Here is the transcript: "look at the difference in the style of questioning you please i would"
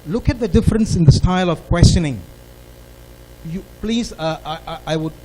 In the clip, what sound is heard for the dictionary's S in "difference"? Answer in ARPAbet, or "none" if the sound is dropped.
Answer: S